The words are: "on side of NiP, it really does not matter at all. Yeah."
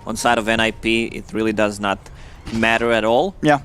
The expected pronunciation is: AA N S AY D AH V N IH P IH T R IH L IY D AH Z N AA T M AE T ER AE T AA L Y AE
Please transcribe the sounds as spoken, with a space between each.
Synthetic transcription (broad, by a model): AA N S AY D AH V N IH P IH T R IH L IY D AH Z N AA T M AE T ER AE T AA L Y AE